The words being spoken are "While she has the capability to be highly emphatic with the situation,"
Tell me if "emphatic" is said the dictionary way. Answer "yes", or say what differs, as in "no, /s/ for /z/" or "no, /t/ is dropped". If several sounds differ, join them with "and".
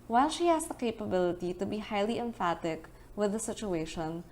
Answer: yes